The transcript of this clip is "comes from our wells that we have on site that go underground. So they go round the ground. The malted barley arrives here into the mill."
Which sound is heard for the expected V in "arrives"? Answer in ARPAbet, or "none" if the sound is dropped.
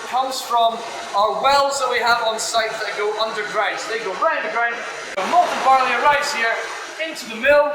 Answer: none